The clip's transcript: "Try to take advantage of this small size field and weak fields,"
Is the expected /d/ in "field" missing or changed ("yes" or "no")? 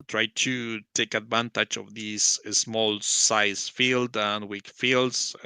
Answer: no